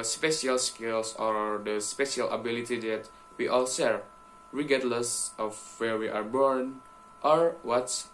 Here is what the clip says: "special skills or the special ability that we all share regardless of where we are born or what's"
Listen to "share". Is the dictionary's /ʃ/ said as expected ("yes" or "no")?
no